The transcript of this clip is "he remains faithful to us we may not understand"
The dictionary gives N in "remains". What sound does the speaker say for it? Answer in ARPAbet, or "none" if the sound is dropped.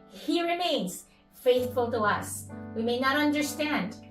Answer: none